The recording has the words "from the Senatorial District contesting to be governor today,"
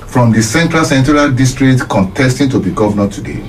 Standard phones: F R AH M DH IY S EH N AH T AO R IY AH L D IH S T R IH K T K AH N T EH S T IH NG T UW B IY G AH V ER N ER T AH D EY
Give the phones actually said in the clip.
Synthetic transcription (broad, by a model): F R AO M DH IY S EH N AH S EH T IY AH L D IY S T R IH K T K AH N T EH S T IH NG T UW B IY G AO V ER N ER T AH D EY